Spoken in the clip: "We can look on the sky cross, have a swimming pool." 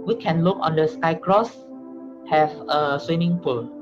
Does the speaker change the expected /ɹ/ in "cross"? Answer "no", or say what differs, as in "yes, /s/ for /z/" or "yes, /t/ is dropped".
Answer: no